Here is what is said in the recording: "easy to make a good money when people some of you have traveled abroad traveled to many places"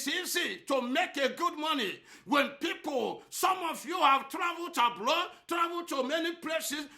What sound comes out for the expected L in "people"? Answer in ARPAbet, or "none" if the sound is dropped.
L